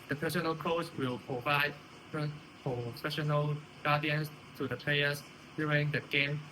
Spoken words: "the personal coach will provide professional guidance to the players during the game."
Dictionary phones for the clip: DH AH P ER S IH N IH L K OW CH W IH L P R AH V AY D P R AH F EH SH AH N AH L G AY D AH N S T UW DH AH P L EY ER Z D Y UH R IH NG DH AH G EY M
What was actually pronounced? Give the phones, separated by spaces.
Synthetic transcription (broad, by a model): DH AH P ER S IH N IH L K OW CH W IH L P R AH V AY D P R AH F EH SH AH N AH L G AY D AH N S T UW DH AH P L EY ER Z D Y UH R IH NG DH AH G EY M